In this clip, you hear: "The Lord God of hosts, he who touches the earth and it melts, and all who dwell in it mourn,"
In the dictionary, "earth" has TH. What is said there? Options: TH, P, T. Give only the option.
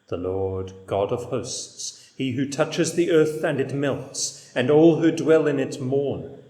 TH